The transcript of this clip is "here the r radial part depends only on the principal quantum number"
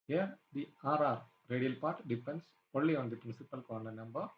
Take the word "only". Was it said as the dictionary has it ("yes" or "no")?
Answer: no